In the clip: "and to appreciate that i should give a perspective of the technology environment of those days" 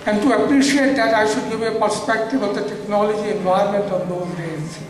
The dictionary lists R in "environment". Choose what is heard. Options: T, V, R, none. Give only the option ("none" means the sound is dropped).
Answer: none